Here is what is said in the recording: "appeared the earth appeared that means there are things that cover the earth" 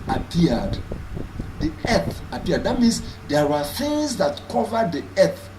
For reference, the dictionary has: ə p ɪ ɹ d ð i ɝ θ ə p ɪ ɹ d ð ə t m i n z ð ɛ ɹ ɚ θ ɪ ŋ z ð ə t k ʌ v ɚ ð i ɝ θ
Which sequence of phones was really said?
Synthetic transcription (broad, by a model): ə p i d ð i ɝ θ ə p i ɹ d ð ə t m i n s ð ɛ w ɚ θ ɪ ŋ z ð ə t k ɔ v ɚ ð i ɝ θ